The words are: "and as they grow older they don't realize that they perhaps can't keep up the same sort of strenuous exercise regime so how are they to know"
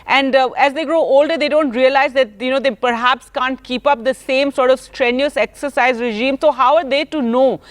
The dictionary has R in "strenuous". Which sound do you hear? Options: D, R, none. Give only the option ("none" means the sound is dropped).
R